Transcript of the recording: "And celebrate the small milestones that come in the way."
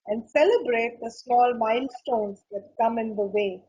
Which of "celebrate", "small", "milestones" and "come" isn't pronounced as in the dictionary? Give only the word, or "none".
milestones